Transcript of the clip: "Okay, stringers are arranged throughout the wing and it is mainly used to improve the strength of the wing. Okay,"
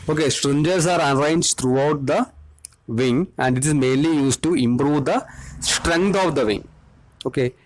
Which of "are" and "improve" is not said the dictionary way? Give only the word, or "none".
none